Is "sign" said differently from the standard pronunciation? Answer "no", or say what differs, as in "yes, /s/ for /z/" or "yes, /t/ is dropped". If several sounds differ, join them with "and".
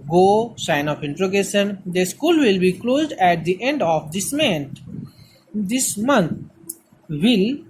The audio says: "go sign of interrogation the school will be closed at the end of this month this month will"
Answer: no